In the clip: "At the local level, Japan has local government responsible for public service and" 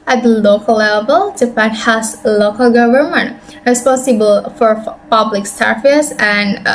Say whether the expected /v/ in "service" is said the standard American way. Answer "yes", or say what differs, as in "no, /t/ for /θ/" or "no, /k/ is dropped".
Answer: no, /f/ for /v/